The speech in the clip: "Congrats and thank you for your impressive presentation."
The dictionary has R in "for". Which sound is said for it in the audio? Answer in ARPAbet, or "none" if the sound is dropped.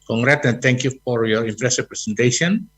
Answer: R